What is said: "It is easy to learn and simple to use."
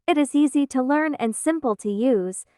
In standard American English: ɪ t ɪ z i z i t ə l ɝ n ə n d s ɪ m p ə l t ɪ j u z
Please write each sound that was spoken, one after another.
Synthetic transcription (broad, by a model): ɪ t ɪ z i z i t ə l ɝ n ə n s ɪ m p l t ɪ j u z